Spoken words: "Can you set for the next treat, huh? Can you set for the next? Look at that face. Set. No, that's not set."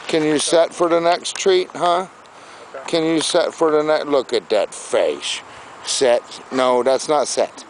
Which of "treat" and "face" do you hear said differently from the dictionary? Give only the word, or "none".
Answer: face